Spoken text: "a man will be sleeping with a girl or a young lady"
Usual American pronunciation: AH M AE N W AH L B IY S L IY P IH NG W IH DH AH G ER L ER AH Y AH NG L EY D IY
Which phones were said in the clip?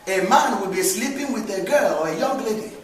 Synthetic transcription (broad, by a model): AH M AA N W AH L B IY S L IY P IH NG W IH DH AH G ER L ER AH Y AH NG L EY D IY